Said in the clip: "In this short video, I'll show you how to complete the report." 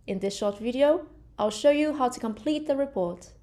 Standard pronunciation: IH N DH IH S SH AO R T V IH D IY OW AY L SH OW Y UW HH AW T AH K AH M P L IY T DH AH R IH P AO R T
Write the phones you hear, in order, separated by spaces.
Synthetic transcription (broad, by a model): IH N DH IH S SH AO R T V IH D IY OW AY L SH OW Y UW HH AW T AH K AH M P L IY T DH AH R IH P AO R T